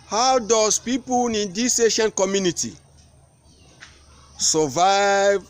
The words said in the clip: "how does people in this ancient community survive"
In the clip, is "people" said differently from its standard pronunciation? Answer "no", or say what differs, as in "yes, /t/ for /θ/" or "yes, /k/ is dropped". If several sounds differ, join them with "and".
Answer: yes, /n/ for /l/